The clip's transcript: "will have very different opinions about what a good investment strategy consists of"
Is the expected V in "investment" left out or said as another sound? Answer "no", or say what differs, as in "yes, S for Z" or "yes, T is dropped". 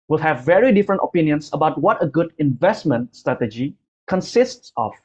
no